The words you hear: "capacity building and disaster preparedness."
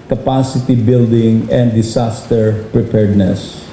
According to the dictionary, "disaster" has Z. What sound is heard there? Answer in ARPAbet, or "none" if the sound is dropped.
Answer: S